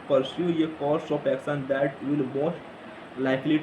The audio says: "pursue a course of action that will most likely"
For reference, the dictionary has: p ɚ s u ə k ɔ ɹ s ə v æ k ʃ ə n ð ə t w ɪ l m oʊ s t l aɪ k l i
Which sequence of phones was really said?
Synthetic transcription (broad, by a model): p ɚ s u ə k ɔ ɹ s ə p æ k s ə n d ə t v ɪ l m oʊ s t l aɪ k l i